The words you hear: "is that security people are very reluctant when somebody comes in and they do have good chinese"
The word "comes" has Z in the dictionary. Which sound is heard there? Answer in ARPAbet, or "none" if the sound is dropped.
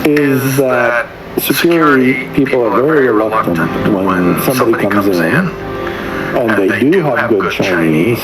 Z